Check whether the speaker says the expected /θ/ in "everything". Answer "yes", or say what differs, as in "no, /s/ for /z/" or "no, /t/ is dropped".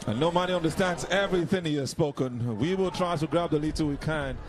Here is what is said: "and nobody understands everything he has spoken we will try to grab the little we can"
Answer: yes